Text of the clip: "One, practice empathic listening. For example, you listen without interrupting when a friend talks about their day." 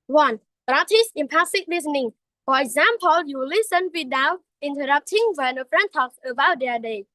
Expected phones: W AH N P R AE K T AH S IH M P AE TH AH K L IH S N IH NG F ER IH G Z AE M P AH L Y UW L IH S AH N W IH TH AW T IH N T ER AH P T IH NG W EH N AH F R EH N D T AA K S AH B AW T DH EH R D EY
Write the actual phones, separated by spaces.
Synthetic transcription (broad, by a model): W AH N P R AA T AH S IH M P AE S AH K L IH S N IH NG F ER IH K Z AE M P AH L Y UW L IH S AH N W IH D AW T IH N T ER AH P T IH NG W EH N AH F R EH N T AA K S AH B AW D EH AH D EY